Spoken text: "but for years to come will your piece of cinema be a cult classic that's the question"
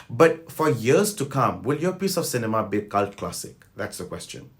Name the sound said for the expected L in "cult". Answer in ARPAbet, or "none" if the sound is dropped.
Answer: L